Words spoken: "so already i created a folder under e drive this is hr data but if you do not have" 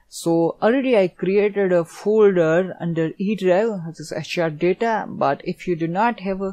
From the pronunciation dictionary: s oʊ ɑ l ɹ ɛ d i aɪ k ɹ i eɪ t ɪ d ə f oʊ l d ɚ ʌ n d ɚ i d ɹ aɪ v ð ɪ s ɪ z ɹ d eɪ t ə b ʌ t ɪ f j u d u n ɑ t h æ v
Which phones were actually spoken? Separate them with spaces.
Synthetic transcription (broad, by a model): s oʊ ɑ l ɹ ɛ d i aɪ k ɹ i eɪ t ɪ d ə f oʊ l d ɚ ʌ n d ɚ i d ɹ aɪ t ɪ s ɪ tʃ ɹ d eɪ t ə b ʌ t ɪ f j u d u n ɑ t h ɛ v